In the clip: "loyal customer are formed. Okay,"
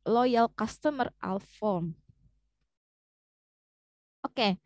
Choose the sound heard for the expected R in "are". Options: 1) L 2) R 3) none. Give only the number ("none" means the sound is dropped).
1